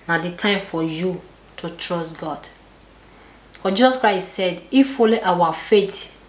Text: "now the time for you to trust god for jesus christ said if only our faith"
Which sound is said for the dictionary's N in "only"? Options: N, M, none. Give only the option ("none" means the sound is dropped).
none